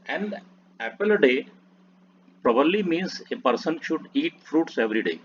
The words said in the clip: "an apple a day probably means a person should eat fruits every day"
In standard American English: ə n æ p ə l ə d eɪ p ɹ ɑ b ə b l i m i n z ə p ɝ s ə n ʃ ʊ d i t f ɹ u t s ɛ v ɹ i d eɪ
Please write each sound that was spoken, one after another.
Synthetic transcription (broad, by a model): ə n æ p ə l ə d eɪ p ɹ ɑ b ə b l i m i n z ə p ɝ s ə n ʃ ʊ d i t f ɹ u t s ɛ v ɹ i d eɪ